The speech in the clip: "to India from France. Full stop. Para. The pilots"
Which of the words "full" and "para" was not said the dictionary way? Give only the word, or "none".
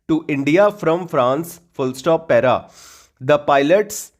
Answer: none